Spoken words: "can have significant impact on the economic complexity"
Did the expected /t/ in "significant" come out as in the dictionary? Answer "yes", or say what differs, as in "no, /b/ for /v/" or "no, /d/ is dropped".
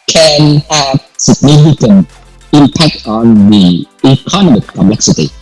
no, /t/ is dropped